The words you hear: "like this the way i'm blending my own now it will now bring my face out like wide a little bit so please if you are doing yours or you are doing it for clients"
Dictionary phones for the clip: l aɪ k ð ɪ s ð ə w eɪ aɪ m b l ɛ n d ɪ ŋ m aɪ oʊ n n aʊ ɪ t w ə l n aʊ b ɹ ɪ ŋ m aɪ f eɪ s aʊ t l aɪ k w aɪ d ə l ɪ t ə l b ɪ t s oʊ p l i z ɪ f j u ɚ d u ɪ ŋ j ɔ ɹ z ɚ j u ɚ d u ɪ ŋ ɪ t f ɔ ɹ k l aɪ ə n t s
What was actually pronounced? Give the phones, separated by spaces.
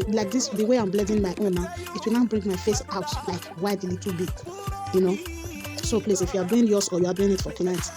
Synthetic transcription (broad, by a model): l aɪ k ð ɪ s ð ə w eɪ aɪ m b l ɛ d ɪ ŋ m aɪ oʊ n n aʊ ɪ t w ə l n aʊ b ɹ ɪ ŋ m aɪ f eɪ s aʊ t l aɪ k w aɪ d l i t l b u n s oʊ p l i s ɪ f j u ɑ d u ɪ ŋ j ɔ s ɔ j u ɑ d u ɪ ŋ ɪ t f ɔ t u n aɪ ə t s